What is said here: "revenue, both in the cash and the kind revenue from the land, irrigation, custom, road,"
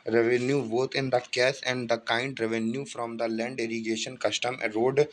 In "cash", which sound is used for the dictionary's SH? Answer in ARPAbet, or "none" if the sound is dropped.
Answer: S